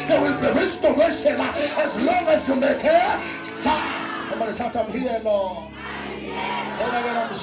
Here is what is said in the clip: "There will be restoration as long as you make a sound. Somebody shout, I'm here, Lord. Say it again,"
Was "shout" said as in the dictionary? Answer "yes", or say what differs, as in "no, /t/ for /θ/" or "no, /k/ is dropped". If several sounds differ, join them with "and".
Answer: no, /s/ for /ʃ/